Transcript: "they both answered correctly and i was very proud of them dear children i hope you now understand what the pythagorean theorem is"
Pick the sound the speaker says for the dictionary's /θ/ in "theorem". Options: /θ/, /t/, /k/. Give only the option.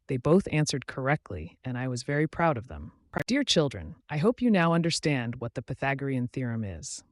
/θ/